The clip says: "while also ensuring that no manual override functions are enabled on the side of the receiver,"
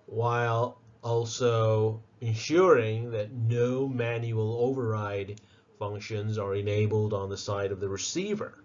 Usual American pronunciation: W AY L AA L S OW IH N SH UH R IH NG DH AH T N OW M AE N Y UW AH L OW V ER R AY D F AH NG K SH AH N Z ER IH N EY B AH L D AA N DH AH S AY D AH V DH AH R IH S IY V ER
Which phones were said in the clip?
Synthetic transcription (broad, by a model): W AY L AA L S OW IH N SH UH R IH NG DH AH T N OW M AE N Y UW AH L OW V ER R AY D F AH NG K SH AH N Z ER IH N EY B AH L D N DH AH S AY D AH V DH AH R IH S IY V ER